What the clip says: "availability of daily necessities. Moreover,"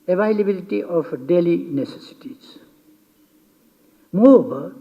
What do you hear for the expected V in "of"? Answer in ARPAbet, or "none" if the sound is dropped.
P